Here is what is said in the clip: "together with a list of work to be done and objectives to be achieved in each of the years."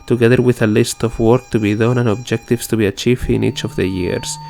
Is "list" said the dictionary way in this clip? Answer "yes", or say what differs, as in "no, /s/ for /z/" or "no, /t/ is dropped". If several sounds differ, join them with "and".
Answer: yes